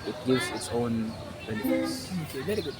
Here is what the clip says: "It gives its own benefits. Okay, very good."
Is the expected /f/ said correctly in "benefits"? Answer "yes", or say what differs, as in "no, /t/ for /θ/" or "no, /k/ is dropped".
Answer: no, /f/ is dropped